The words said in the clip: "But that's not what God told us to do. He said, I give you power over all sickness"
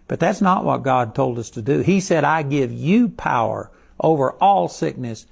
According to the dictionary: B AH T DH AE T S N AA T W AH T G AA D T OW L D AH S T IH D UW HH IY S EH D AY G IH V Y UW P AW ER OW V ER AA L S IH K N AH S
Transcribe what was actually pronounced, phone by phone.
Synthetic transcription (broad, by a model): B AH T DH AE T S N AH T W AH T G AA D T OW L D AH S T IH D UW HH IY S EH D AY G IH V Y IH P AW ER OW V ER AA L S IH K N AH S